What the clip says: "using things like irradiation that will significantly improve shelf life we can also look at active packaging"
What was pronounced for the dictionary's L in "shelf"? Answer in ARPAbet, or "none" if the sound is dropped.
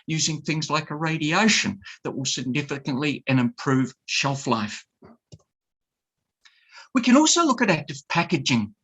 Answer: L